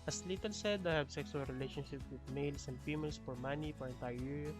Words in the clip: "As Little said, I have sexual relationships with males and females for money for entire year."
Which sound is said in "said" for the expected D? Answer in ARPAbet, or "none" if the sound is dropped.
D